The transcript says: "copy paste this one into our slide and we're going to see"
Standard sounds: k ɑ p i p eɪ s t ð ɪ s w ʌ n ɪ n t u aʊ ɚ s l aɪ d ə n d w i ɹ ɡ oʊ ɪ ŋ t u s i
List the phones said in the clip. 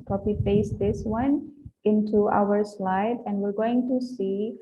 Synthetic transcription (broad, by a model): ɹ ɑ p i f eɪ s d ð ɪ s w ʌ n ɪ n t u aʊ ɚ s l aɪ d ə n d w i ɹ ɡ oʊ ɪ ŋ t u s i